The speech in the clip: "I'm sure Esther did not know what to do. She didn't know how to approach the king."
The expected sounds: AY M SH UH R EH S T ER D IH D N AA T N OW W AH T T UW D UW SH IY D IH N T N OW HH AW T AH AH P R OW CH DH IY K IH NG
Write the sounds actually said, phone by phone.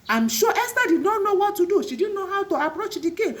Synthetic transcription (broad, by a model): AY M SH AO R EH S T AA D IH D N AA T N OW W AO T T UW D UW SH IY D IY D N OW HH AW T AH AH P R OW CH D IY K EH